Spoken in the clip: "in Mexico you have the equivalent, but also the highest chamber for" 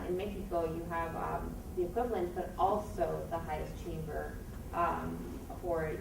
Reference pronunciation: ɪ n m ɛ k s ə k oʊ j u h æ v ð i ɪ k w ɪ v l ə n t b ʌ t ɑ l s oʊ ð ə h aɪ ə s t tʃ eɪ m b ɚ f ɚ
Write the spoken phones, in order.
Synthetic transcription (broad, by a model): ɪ n m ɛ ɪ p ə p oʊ j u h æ v ð i ɪ k w ɪ v l ə n t b ʌ t ɑ l s oʊ ð ə h aɪ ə s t tʃ eɪ m b ɚ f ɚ